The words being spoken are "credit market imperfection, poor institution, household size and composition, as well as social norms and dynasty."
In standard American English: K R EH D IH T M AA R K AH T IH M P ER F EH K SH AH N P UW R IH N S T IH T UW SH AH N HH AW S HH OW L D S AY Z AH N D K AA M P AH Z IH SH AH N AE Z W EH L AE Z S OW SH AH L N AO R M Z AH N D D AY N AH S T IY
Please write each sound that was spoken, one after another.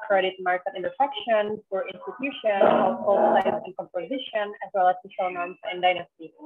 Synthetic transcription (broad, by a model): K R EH D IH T M AA R K AH T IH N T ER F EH K SH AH N F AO R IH N S T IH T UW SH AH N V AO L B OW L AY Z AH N K AA M P AH Z IH SH AH N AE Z W EH L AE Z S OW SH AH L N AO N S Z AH N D D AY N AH S T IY